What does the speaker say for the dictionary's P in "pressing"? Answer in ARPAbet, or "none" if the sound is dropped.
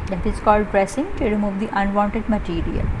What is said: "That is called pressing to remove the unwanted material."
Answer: P